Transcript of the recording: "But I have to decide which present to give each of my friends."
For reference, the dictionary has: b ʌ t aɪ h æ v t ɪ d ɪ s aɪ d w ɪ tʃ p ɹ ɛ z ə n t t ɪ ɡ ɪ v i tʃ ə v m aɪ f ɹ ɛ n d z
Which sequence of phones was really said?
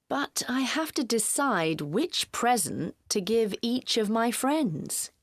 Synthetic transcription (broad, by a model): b ʌ t aɪ h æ f t ɪ d ɪ s aɪ d w ɪ tʃ p ɹ ɛ z ə n t t ɪ ɡ ɪ v i tʃ ə v m aɪ f ɹ ɛ n d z